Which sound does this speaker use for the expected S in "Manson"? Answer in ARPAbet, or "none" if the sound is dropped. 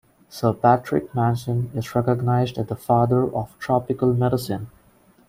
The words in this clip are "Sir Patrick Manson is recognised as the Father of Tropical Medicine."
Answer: SH